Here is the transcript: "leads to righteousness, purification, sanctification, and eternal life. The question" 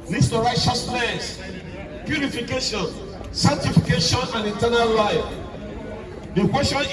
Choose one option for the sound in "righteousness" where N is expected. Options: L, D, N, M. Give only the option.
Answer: L